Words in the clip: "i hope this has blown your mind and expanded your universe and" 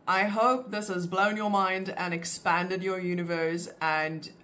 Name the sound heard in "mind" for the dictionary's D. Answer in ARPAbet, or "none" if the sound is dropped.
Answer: D